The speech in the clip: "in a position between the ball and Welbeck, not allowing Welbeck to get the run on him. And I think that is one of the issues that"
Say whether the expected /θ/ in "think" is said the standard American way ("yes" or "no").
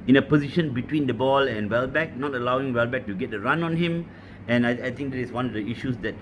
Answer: no